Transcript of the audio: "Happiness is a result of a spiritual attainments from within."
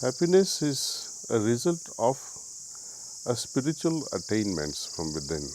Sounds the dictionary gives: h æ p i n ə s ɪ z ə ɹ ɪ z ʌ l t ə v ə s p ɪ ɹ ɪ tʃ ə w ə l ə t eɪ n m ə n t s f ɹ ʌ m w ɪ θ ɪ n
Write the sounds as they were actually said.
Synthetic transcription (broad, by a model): h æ p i n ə s ɪ z ə ɹ ɪ z ʌ l t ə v ə s p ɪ ɹ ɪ tʃ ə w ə l ə t eɪ n m ə n t s f ɹ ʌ m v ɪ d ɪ n